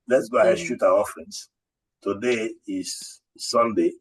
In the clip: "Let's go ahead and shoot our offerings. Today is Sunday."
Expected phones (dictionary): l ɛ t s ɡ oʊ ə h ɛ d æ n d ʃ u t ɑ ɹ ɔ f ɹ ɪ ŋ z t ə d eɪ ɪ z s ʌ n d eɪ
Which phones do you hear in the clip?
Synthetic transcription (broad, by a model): l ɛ t s ɡ oʊ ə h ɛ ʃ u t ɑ w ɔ f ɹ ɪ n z t ə d eɪ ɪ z s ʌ n d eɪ